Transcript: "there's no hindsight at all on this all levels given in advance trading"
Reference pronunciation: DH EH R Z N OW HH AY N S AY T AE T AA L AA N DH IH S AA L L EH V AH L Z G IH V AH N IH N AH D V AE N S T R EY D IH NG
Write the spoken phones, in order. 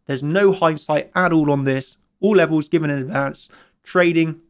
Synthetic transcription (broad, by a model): DH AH Z N OW HH AY N S AY T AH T AA L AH N DH IH S AA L L EH V AH L Z G IH V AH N IH N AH D V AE N S T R EY D IH NG